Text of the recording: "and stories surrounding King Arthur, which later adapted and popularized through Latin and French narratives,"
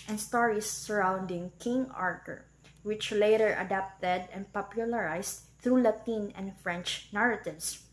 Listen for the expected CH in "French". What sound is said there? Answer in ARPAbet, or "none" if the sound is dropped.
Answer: CH